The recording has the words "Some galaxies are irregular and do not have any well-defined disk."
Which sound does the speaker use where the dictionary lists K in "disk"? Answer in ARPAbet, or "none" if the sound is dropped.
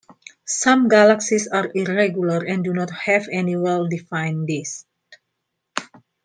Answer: none